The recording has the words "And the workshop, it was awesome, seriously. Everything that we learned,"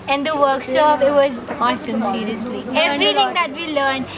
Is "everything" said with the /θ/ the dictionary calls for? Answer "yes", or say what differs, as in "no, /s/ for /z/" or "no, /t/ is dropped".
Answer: no, /t/ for /θ/